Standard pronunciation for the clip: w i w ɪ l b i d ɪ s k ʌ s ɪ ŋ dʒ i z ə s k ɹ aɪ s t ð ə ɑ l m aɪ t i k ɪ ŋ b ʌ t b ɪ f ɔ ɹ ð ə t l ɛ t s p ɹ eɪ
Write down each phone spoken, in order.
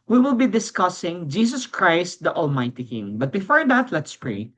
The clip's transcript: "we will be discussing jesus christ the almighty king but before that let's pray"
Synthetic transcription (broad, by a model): w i w ɪ l b i d ɪ s k ʌ s ɪ ŋ dʒ i s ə s k ɹ aɪ s t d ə ɑ l m aɪ t i k ɪ ŋ b ʌ t b ɪ f ɔ ɹ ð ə t l ɛ t s p ɹ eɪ